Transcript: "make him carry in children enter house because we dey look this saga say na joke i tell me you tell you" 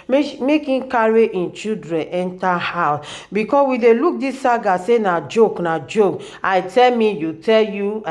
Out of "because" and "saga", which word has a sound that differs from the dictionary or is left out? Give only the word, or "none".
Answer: because